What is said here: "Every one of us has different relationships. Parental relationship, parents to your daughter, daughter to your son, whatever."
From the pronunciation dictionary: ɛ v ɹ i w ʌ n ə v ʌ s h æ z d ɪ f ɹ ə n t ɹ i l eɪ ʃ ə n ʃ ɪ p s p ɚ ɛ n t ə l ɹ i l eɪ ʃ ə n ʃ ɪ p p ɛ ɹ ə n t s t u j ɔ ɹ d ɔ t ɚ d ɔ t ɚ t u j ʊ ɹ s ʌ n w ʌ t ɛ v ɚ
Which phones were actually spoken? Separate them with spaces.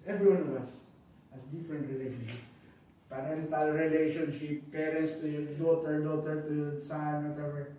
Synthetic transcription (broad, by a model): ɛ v ɹ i w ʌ n ə v ʌ s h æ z d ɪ f ɹ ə n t ɹ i l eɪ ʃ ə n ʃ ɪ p p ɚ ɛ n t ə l ɹ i l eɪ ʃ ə n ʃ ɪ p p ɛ ɹ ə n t s t u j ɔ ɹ d ɔ t ɚ d ɔ t ɚ t u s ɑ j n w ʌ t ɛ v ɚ